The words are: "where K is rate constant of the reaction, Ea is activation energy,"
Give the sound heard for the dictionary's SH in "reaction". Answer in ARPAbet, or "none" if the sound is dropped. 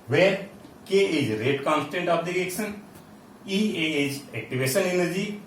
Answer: S